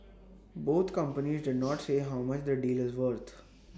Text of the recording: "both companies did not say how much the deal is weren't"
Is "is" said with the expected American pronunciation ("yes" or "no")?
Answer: yes